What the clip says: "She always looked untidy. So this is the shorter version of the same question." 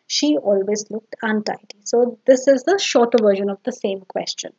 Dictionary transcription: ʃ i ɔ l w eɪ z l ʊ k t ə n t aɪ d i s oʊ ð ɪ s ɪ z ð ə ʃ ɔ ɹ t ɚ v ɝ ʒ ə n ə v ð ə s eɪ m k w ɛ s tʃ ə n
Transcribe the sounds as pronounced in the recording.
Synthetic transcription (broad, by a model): ʃ i ɔ l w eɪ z l ʊ k t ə n t aɪ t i s oʊ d ɪ s ɪ z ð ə ʃ ɔ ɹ t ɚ v ɝ ʒ ə n ə v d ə s eɪ m k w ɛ s tʃ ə n